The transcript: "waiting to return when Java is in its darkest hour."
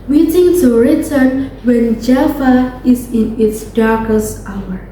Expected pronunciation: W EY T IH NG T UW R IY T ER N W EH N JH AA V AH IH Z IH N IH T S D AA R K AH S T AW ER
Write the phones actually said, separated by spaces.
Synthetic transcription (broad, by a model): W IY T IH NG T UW R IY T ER N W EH N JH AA F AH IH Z IH N IH T S D AA R K AH S T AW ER